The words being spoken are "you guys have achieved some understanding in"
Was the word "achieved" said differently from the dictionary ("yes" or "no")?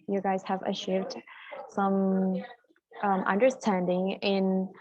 yes